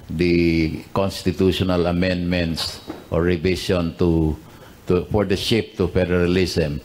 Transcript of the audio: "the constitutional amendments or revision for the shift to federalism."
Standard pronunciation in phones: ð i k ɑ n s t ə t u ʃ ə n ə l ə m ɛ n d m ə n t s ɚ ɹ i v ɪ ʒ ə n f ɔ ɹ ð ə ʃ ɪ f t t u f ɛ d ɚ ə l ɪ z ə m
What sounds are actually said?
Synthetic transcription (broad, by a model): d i k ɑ n s t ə t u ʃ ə n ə l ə m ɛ n d m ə n t s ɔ ɹ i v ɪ s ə n f ɔ ɹ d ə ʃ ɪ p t t u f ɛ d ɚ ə l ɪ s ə m